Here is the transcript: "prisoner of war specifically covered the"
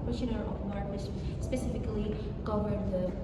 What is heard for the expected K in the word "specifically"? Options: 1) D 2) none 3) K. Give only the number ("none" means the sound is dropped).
3